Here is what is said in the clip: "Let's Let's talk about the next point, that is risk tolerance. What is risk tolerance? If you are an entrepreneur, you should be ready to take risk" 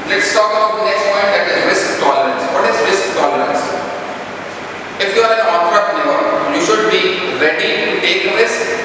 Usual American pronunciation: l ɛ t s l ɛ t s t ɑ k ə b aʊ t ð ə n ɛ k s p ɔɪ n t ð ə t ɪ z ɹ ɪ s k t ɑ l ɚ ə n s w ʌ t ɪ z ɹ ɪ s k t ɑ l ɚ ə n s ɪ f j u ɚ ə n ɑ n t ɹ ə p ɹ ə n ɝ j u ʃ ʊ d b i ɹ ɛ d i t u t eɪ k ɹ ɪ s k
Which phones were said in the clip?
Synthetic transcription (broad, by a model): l l ɛ t s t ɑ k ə ʊ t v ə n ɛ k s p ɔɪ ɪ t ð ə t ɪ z ɹ ɪ s k t ɑ l ɚ ə n s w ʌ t ɪ z ɹ ɪ s k t ɑ l ɚ ə n s ɪ f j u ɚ ə n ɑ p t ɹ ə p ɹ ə ɝ j u ʃ ʊ d b i ɹ ɛ d i t u t eɪ k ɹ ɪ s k